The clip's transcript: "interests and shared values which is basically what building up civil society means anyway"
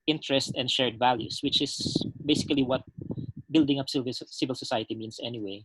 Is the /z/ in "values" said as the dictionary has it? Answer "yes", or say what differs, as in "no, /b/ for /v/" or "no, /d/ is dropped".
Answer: no, /s/ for /z/